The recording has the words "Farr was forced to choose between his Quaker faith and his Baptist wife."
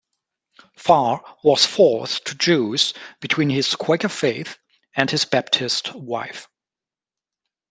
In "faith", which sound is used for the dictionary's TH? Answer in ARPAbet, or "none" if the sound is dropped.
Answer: TH